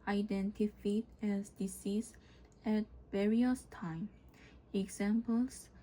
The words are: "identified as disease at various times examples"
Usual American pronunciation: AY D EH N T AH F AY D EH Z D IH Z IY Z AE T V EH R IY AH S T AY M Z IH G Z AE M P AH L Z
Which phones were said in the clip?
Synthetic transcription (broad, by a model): AY D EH N T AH F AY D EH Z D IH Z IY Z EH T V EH R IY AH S T AY M IH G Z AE M P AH L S